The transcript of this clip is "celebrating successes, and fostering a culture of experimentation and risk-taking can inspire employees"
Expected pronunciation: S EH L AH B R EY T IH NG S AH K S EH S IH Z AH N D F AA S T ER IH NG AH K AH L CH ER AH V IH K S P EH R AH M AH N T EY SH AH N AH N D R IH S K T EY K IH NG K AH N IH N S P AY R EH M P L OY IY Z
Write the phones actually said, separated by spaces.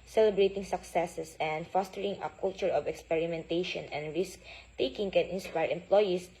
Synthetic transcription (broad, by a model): S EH L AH B R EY T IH NG S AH K S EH S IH S AH N D F AA S T ER IH NG AH K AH L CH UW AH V IH K S P EH R AH M AH N T EY SH AH N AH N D R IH S K T EY K IH NG K AH N IH N S P AY R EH M P L OY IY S